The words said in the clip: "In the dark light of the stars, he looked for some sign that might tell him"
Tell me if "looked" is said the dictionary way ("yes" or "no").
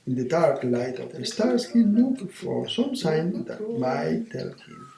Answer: no